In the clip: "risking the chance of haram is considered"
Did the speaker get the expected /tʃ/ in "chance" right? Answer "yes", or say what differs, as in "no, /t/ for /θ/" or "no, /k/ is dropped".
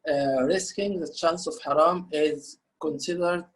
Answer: yes